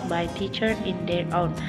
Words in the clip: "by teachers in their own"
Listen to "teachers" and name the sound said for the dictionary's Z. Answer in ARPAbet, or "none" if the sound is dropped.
none